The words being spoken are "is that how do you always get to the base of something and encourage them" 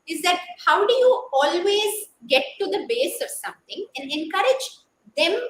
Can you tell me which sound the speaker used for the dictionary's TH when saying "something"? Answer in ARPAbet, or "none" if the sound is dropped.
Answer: T